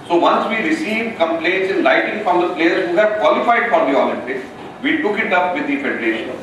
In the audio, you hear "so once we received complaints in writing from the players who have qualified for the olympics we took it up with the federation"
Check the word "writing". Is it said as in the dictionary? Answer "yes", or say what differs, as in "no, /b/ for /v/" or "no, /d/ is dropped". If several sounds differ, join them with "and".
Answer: no, /l/ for /ɹ/